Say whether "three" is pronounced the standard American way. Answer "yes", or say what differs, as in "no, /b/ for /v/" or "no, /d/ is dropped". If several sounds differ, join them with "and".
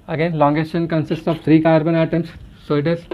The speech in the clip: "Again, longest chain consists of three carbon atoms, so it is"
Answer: no, /t/ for /θ/